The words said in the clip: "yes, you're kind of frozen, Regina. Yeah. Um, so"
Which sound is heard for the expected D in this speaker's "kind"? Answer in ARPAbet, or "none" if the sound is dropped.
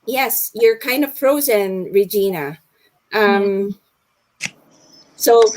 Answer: D